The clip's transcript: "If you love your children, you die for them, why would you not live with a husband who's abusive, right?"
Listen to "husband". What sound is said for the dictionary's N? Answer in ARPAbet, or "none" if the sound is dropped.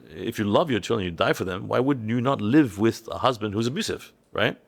N